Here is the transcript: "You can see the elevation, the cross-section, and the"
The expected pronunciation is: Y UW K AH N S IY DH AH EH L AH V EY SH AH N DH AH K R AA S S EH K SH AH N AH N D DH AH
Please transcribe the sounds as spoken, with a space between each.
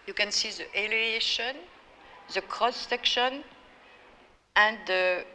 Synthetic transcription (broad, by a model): Y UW K AH N S IY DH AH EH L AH EY SH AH N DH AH K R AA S S EH K SH AH N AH N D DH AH